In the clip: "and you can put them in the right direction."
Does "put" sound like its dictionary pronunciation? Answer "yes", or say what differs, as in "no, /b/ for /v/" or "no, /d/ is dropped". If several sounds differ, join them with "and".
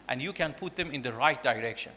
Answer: yes